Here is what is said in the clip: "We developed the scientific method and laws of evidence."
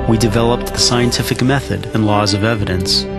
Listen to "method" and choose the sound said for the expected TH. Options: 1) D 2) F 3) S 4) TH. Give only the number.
4